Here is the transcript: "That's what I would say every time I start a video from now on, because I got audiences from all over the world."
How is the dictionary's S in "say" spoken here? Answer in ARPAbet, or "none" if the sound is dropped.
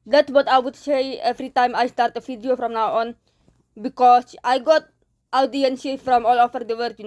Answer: S